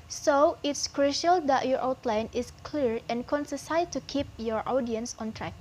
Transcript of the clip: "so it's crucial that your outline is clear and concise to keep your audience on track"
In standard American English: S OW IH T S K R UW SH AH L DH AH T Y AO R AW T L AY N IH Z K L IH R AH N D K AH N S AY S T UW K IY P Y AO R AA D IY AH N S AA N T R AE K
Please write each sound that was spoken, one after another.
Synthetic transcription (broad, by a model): S OW IH T S K R UW SH AH L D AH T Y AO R AW T L AY N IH S K L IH R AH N K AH N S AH S T UW K IY P Y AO R AA D IY AH N S AA N T R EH K